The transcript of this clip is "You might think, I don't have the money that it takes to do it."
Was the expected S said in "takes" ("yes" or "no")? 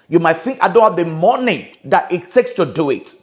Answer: yes